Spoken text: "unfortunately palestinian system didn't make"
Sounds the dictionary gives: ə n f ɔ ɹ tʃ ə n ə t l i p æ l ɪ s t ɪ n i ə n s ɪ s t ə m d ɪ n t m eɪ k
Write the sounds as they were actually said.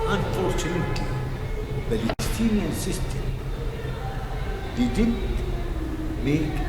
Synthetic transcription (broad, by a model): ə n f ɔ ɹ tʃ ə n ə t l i b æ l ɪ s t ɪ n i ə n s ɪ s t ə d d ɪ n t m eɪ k